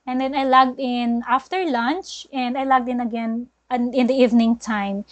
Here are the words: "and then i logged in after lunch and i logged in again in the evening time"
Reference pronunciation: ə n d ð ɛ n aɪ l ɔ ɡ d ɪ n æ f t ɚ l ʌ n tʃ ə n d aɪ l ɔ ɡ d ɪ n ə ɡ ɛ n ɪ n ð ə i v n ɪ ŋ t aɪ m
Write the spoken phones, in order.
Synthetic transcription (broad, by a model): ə n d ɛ n aɪ l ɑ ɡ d ɪ n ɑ f t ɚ l ʌ n tʃ ə n d aɪ l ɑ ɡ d ɪ n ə ɡ ɛ n ɪ n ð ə i v n ɪ ŋ t aɪ m